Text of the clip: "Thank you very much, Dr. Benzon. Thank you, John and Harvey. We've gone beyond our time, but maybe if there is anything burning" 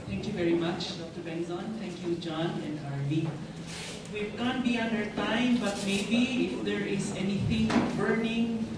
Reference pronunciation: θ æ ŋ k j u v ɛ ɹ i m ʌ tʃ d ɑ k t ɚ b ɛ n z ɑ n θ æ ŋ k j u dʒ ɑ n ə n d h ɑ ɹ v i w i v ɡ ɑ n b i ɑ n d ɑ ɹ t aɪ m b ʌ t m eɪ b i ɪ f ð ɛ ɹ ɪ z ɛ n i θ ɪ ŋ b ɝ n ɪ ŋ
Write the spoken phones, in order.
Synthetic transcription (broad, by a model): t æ ŋ k j u v ɛ ɹ i m ʌ tʃ d ɑ k t ɚ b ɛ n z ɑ n t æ ŋ k j u dʒ ɑ n ə n d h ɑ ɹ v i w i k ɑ n b i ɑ n d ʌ ɹ t aɪ m b ʌ t m eɪ b i ɪ f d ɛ ɹ ɪ z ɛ n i t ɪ ŋ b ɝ n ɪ ŋ